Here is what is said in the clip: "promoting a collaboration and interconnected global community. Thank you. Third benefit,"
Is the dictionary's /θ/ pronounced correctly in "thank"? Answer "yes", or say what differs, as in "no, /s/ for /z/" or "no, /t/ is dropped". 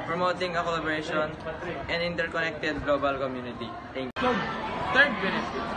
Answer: no, /t/ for /θ/